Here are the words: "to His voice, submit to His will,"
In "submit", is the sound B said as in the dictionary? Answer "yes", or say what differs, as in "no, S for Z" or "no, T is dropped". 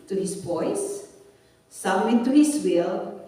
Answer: no, B is dropped